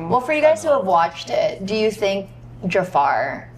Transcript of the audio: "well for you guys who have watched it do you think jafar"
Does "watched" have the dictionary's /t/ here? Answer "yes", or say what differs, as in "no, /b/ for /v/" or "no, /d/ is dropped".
yes